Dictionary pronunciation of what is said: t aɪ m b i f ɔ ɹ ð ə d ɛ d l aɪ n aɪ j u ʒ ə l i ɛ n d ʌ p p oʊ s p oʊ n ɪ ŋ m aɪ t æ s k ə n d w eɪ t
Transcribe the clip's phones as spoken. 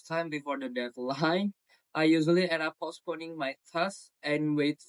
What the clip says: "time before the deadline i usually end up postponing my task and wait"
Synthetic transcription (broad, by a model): t aɪ m b i f ɔ ɹ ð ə d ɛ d l aɪ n aɪ j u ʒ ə l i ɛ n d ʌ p p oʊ s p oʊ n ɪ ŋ m aɪ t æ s ə n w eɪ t